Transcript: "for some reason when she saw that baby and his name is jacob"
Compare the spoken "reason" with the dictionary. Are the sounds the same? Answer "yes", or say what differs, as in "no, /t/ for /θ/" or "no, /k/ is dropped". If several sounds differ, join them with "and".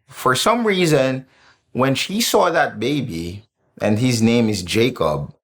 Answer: yes